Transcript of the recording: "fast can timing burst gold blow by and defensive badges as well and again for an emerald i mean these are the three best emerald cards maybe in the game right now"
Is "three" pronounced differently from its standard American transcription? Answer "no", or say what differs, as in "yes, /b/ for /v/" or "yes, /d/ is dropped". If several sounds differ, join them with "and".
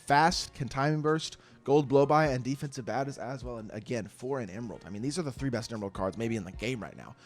no